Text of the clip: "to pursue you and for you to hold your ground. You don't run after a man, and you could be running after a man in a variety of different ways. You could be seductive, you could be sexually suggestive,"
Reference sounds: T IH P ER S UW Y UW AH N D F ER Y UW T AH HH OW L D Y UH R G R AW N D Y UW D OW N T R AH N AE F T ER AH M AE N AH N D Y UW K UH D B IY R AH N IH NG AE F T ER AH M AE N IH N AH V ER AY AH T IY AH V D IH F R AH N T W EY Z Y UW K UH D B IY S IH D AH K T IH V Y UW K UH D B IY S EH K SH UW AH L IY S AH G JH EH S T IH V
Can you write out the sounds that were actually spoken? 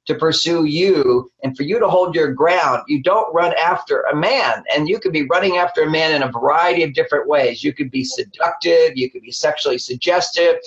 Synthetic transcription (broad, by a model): T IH P ER S UW Y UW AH N F ER Y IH T AH HH OW L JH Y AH R G R AW N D Y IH D OW N T R AH N AE F T ER AH M AE N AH N Y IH K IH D B IY R AH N IH NG AE F T ER AH M AE N IH N AH V ER AY AH T IY AH V D IH F R AH N T W EY Z Y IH K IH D B IY S IH D AH K T IH V Y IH K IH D B IY S EH K SH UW L IY S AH G JH EH S T IH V